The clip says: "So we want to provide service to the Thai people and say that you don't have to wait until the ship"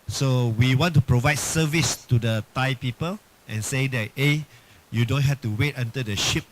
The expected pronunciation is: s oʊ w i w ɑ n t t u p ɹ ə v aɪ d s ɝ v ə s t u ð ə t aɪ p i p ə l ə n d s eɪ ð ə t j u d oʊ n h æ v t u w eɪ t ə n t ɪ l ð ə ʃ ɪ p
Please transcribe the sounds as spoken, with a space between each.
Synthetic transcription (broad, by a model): s oʊ w i w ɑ n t t u p ɹ ə v aɪ d s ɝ v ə s t u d ə t aɪ p i p ə l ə n s eɪ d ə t j u d oʊ n h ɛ f t u w eɪ t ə n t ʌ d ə ʃ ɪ p